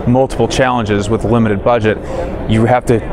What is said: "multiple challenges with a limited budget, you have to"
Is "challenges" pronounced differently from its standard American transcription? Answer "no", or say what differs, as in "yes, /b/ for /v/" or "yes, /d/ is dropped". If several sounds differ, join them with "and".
no